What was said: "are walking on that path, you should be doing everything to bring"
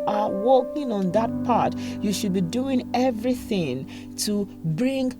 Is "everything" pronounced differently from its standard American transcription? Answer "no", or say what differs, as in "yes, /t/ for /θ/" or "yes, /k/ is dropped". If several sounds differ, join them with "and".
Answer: no